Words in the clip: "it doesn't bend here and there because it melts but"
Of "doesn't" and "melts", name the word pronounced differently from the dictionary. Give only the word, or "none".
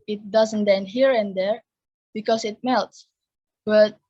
none